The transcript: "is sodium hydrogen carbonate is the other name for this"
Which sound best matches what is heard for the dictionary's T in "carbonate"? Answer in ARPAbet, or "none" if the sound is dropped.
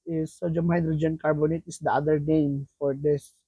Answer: T